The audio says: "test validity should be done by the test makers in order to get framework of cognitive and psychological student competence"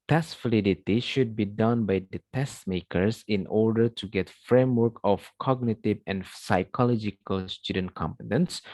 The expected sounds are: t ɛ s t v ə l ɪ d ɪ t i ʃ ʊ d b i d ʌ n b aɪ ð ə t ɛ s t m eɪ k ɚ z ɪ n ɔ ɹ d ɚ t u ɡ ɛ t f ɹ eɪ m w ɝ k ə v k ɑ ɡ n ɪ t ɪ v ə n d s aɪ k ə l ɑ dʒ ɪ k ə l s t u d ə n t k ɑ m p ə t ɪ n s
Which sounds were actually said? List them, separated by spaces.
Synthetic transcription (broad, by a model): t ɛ s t f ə l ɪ d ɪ t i ʃ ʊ d b i d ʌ n b aɪ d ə t ɛ s t m eɪ k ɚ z ɪ n ɔ ɹ d ɚ t u ɡ ɛ t f ɹ eɪ m w ɝ k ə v k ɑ ɡ n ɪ t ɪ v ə n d s aɪ k ə l ɑ dʒ ɪ k ə l s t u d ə n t k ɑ m p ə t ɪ n s